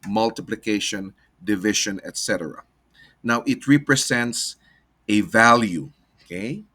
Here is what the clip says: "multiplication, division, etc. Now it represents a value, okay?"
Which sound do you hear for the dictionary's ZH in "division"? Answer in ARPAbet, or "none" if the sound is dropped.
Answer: SH